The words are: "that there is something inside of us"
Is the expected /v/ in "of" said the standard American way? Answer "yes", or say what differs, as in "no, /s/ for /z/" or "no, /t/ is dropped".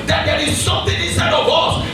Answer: no, /w/ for /v/